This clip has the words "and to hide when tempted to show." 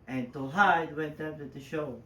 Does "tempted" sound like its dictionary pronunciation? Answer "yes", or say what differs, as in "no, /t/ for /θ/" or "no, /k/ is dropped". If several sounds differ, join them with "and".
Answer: no, /m/ is dropped